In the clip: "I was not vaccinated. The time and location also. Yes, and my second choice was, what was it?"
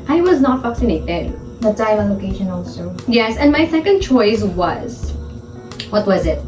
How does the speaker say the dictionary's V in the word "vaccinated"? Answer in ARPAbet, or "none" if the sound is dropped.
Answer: F